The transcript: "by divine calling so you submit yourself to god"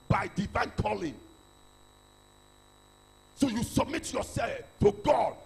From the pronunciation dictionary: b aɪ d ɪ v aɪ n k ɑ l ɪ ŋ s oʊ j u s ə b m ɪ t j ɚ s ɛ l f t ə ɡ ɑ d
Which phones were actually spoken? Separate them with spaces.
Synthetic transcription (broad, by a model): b aɪ d ɪ v aɪ n k ɑ l ɪ ŋ s oʊ j u s ə b m ɪ t j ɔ s ɛ l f t ə ɡ ɑ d